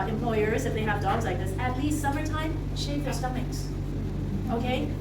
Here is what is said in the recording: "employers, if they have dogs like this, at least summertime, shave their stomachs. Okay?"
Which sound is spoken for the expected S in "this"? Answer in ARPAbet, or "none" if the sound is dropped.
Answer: S